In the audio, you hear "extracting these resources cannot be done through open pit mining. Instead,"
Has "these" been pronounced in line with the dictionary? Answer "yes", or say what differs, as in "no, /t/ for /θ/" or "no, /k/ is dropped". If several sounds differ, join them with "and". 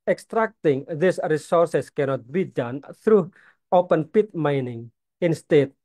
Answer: no, /s/ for /z/